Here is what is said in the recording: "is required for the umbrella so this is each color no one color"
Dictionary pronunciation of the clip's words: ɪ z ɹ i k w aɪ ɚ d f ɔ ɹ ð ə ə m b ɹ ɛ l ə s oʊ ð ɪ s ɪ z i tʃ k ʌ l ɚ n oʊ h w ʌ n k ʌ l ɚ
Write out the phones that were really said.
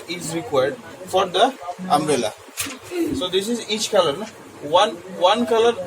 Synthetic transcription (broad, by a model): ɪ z ɹ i k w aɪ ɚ d f ɔ ɹ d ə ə m ɹ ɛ l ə s oʊ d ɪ s ɪ z i tʃ k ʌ l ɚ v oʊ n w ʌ n k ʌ l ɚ